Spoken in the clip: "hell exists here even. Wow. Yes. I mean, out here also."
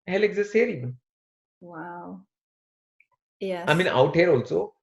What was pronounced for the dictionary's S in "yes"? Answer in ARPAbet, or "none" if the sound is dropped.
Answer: none